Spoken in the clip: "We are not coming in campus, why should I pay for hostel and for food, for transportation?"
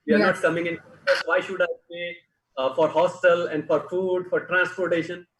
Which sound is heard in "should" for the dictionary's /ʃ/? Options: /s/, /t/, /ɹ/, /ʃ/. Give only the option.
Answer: /ʃ/